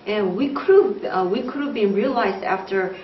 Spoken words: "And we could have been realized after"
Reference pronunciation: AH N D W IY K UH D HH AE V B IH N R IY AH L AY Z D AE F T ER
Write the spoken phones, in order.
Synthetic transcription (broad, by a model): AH N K W IY K UH D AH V B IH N R IY AH L AY Z D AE F T ER